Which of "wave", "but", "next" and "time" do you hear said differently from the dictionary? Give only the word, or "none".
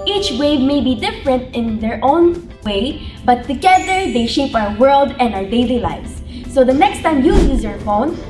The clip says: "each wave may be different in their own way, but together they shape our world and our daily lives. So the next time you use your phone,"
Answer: none